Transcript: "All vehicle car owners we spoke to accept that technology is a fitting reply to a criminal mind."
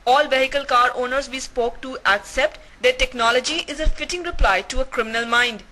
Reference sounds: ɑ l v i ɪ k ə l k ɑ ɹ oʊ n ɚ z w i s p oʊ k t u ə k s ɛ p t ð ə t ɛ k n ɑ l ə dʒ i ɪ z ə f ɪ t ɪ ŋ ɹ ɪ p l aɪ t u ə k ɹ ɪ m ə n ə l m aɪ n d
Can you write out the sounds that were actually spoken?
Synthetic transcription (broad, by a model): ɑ l v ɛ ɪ k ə l k ɑ ɹ oʊ n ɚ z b i s p oʊ k t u ə k s ɛ p t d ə t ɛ k n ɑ l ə dʒ i ɪ z ə f ɪ t ɪ ŋ ɹ ɪ p l aɪ t u ə k ɹ ɪ m ə n ə l m aɪ n d